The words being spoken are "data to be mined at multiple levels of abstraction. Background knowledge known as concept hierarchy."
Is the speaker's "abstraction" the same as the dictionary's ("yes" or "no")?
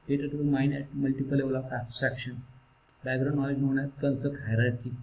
no